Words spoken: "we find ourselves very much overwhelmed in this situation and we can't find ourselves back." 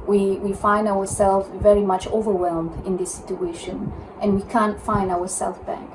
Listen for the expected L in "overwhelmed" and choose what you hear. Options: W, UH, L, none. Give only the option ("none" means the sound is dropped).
L